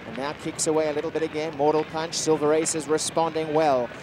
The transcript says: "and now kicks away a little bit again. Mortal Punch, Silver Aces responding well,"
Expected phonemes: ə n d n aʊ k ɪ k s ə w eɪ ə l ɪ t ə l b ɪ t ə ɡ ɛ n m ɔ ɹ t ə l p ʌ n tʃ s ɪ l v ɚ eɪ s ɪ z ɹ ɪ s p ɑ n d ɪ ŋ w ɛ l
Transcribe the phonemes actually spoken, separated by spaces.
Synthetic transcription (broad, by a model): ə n n aʊ k ɪ k s ə w eɪ ə l ɪ t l b ɪ t ə ɡ ɛ n m ɔ ɹ t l p ʌ n tʃ s ɪ l v ɚ eɪ s ɪ z ɹ ɪ s p ɑ n d ɪ ŋ w ɛ l